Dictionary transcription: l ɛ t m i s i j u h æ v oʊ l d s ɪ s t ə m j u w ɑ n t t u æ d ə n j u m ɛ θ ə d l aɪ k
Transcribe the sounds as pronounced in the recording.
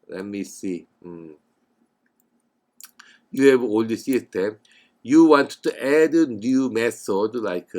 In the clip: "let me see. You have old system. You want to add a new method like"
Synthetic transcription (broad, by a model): l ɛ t m i s i j u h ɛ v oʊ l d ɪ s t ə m j u w ɑ n t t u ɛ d ə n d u m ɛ s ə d l aɪ k